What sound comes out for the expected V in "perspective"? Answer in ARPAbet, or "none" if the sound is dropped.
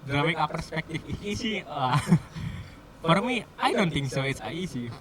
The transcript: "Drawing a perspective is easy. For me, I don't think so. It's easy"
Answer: F